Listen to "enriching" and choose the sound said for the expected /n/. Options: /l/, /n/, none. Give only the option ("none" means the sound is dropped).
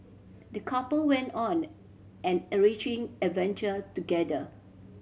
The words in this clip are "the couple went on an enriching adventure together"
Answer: none